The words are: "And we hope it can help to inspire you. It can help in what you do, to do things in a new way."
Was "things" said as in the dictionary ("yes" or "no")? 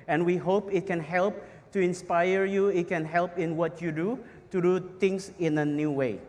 no